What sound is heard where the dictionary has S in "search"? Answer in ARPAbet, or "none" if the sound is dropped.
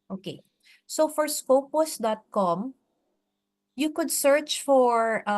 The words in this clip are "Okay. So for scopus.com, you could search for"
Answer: S